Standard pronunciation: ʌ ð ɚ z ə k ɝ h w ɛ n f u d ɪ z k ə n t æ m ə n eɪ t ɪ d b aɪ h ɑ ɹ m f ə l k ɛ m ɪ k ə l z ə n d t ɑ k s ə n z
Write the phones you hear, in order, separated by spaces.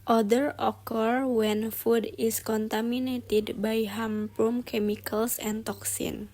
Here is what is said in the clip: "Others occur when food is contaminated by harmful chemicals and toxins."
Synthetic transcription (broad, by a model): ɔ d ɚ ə k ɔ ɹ w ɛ n f u d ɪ s k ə n t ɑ m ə n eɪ t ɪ d b aɪ h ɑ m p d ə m k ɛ m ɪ k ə l s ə n t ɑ k s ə n